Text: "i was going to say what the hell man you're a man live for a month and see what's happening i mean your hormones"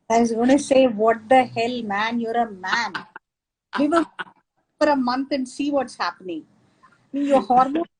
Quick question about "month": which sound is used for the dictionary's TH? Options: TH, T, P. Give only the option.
T